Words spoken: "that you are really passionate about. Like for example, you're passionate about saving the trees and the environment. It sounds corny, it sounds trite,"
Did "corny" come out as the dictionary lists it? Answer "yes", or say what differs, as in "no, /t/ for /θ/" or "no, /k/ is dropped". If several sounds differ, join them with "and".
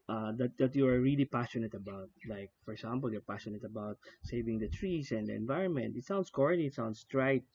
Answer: no, /n/ is dropped